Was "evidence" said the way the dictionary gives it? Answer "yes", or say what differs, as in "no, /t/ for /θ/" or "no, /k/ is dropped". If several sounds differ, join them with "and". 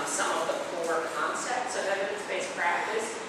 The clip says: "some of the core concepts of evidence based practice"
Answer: no, /v/ is dropped